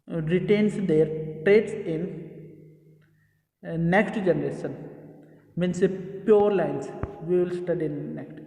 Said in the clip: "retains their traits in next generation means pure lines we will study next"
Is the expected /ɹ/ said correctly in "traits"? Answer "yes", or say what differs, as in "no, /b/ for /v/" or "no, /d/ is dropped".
yes